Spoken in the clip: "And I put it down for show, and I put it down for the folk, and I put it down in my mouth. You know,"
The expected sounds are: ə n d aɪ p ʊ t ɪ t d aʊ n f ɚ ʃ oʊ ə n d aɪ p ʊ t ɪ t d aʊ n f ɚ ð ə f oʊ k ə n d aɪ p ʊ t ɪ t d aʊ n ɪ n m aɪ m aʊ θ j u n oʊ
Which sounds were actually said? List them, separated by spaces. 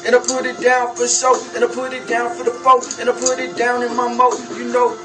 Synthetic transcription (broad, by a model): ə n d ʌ p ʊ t ɪ t d aʊ n f ɚ s oʊ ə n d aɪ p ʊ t ɪ t d aʊ n f ɚ ð ə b oʊ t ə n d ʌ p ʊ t ɪ t d aʊ n ɪ n m aɪ m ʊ t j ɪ n oʊ